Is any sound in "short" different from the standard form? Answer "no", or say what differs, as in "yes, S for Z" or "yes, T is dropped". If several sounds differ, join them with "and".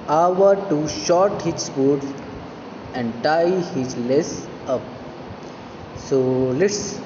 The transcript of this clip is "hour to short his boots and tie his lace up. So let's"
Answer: no